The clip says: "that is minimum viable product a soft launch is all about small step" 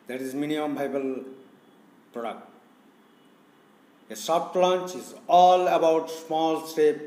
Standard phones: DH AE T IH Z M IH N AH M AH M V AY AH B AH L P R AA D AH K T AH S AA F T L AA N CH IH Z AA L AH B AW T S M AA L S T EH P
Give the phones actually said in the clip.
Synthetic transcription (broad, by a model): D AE T IH Z M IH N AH AH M B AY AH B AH L P R AA D AH K T AH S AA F T L AA N CH IH Z AA L AH B AW T S M AA L S T EH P